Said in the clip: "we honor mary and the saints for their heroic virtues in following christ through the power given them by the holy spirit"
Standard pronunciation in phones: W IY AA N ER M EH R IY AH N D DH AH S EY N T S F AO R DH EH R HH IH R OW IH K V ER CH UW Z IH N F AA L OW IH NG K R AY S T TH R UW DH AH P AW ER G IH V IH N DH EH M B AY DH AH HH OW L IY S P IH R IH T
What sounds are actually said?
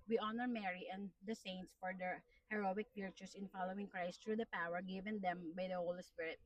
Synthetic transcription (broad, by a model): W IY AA N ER M EH R IY AH N D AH S EY N T S F AO R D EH R HH IH R OW IH K P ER CH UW S IH N F AA L OW IH NG K R AY S T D R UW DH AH P AW ER G IH V IH N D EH M B AY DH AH HH OW L IY S P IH R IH T